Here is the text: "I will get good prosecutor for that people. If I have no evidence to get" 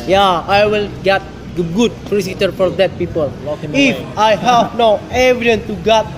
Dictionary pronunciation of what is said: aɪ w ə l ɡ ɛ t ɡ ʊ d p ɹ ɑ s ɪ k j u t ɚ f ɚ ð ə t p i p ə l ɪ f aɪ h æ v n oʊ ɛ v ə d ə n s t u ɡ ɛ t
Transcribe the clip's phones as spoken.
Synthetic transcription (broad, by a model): aɪ w ə l ɡ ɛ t ɡ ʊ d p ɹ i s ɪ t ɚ f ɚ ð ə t p i p ə l ɪ f aɪ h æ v n oʊ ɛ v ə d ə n t u ɡ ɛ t